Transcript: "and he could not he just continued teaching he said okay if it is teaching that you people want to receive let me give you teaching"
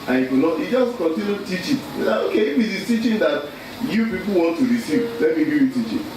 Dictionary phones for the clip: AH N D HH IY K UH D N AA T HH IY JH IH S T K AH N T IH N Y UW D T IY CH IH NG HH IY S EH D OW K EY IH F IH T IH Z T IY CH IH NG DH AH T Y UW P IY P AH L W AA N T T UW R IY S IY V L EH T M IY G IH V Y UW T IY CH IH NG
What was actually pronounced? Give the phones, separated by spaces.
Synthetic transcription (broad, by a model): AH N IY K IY N AA T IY JH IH S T K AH N T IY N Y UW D T IY CH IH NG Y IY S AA OW K EY IH F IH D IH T IY CH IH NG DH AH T Y UW P IY P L W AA N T T UW R IY S IY V L EH T M IY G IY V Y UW T IY CH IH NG